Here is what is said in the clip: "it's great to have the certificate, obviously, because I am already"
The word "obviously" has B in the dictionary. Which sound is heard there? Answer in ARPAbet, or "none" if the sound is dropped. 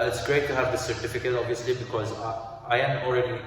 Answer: B